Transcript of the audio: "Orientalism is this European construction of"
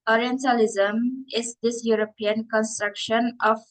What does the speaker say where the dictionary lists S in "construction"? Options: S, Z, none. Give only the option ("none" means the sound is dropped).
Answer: S